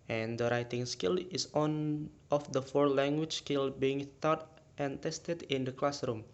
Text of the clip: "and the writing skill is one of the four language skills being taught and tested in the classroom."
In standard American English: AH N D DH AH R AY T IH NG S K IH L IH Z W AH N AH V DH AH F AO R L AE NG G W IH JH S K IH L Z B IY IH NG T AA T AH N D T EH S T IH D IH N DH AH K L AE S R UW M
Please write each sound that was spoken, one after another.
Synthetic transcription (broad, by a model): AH N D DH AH R AY T IH NG S K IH L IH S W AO N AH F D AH F AO R L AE NG G W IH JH S K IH L B IY IH NG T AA T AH N T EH S T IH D IH N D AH K L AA S R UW M